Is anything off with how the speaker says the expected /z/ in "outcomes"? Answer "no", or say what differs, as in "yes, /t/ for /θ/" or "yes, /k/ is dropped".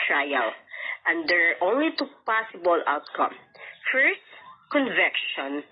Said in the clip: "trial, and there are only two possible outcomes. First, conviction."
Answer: yes, /z/ is dropped